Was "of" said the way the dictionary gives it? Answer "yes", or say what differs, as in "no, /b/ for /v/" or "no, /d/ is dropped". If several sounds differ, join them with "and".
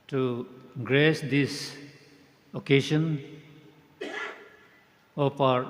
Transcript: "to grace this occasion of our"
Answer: no, /p/ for /v/